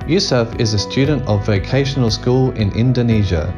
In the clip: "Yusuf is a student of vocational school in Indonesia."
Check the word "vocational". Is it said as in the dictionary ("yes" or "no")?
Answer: yes